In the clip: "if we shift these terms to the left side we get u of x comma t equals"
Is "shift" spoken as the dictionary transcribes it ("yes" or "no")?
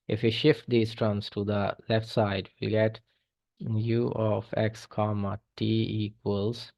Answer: yes